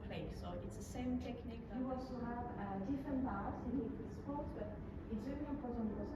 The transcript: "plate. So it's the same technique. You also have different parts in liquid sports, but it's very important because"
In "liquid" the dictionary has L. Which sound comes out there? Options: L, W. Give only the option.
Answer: W